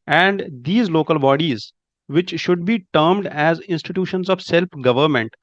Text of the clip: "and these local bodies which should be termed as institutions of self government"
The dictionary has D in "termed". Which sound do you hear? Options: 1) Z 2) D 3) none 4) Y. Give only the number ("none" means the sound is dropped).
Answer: 2